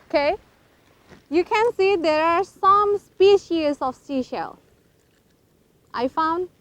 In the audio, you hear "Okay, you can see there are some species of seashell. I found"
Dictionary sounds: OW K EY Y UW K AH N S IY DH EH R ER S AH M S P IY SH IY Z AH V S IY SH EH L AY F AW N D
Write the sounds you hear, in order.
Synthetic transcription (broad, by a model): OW K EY Y UW K AH N S IY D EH R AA S AH M S P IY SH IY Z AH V S IY SH EH L AY F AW N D